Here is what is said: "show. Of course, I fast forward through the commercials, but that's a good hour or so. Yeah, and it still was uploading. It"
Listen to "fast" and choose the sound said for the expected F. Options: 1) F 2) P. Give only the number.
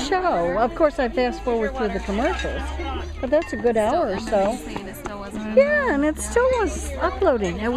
2